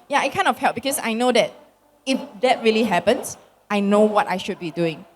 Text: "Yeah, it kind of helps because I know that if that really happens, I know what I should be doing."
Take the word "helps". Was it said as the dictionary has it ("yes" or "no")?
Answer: no